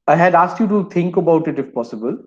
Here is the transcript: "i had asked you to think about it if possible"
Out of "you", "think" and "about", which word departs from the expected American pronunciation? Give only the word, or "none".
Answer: think